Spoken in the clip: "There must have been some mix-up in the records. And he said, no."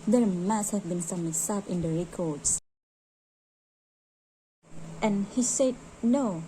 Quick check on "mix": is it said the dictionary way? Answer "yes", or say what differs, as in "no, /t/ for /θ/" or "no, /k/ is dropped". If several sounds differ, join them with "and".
no, /k/ is dropped